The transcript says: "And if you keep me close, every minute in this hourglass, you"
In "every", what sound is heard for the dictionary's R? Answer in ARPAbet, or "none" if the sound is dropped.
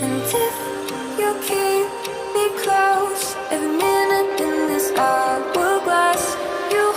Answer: none